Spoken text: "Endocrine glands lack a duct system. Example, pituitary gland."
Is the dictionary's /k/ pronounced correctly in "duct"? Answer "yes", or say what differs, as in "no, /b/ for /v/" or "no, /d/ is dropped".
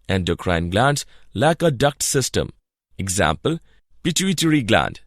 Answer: yes